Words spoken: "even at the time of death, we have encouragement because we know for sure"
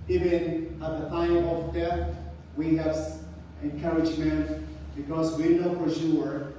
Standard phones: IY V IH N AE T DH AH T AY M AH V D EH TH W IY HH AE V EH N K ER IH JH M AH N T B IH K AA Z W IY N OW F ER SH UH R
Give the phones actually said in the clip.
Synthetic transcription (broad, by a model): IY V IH N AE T DH AH T AY M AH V D EH TH W IY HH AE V EH N K ER IH JH M AH N T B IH K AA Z W IY N OW P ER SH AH R